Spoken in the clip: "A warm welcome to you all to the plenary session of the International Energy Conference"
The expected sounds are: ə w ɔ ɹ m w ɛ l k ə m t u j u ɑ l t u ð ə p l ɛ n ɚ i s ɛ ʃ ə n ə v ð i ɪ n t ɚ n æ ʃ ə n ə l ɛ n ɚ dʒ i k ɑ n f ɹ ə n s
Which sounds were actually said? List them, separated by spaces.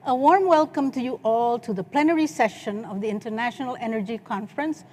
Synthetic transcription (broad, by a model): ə w ɔ ɹ m w ɛ l k ə m t u j u ɑ l t u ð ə p l ɛ n ɚ i s ɛ ʃ ə n ə v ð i ɪ n t ɚ n æ ʃ ə n ə l ɛ n ɚ dʒ i k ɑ n f ɹ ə n s